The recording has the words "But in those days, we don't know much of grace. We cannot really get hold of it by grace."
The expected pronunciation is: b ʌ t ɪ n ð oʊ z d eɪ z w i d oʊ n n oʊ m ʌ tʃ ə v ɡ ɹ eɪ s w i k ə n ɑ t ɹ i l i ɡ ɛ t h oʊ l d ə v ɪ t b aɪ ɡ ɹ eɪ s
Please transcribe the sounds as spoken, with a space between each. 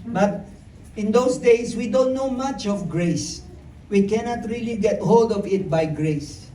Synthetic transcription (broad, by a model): b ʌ t ɪ n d oʊ s d eɪ s w i d oʊ n n oʊ m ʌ tʃ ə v ɡ ɹ eɪ s w i k ə n ɑ t ɹ i l i ɡ ɛ t h oʊ l d ə v ɪ t b aɪ ɡ ɹ eɪ s